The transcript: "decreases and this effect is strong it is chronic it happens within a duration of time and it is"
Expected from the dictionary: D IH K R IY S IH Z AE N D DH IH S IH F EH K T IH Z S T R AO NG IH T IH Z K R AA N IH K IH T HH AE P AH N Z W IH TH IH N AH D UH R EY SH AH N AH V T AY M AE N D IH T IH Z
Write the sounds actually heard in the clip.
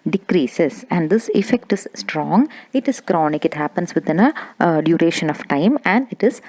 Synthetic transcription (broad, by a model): D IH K R IY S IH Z AE N D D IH S IH F EH K T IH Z S T R AO NG IH T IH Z K R AA N IH K IH T HH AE P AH N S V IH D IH N AH D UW R EY SH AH N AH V T AY M AE N D IH T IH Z